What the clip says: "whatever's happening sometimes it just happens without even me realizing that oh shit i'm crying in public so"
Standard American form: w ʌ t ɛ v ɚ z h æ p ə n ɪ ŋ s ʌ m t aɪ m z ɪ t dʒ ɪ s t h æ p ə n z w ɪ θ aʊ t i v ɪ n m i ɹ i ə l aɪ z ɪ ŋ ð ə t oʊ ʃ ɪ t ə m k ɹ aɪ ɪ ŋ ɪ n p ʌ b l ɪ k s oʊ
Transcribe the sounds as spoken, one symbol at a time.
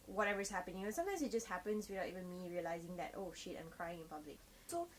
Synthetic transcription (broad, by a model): w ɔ t ɛ v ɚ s h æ p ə n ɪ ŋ s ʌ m t aɪ m s ɪ t dʒ ɪ s t h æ p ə n s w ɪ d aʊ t i v ɪ n m i ɹ i ə l aɪ z ɪ ŋ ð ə t oʊ ʃ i t ə m k ɹ aɪ ɪ ŋ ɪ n p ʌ b l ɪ k s oʊ